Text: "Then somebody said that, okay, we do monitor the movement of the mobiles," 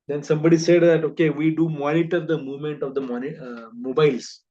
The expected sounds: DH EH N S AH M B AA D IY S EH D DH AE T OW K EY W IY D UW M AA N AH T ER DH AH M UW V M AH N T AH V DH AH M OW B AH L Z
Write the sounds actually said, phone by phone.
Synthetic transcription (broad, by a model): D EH N S AH M B AA D IY S EH D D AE T OW K EY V IY D UW M AA N AH T ER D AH M UW V M AH N T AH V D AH M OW B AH L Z